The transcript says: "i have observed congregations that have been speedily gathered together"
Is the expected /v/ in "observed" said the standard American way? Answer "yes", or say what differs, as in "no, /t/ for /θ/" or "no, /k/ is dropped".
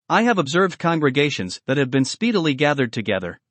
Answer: yes